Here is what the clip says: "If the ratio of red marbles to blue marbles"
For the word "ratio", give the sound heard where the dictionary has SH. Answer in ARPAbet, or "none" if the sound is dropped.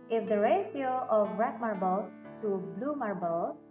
S